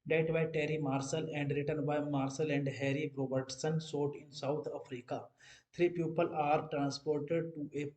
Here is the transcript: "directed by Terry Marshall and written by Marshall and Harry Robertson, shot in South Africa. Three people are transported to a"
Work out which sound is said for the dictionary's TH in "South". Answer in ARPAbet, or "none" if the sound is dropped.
T